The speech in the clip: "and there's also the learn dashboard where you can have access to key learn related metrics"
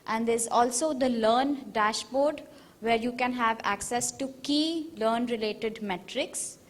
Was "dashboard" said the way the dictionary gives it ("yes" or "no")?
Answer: yes